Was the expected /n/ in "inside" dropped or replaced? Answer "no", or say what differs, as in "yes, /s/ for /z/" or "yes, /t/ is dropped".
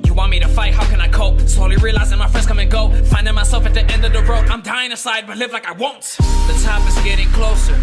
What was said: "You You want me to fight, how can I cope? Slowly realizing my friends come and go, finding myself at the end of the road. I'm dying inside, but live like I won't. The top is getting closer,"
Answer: yes, /n/ is dropped